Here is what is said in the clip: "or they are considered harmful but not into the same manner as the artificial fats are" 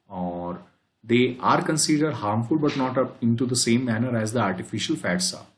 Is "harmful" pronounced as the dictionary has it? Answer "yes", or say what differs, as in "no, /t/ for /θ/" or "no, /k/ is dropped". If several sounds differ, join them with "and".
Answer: yes